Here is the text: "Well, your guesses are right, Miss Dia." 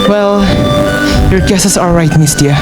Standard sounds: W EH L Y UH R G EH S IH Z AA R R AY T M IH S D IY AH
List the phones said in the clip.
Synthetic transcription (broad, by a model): W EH L Y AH R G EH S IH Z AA L R AY T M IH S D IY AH